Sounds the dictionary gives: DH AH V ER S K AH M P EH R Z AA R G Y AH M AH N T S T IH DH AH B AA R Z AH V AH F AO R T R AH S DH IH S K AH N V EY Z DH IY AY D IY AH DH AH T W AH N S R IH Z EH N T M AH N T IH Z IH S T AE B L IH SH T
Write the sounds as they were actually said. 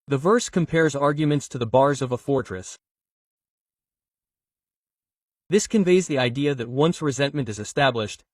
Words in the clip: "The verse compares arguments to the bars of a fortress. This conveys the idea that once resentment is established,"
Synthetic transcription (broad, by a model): DH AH V ER S K AH M P EH R Z AA R G Y AH M AH N T S T IH DH AH B AA R Z AH V AH F AO R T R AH S DH IH S K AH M V EY Z DH IY AY D IY AH DH AH T W AH N S R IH Z EH N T M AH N T IH Z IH S T AE B L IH SH T